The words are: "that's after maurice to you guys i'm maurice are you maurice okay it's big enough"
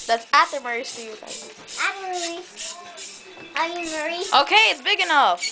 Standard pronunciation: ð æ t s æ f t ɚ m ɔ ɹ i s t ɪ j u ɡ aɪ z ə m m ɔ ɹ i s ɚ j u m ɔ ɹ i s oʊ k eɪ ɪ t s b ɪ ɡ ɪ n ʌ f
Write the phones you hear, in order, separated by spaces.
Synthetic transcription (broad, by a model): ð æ t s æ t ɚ m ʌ ɹ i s t ɪ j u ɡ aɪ ə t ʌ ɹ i ɚ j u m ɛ ɹ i oʊ k eɪ ɪ t s b ɪ ɡ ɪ n ʌ f